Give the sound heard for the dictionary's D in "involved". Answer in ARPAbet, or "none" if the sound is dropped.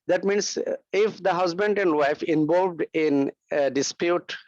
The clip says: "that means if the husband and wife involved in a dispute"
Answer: D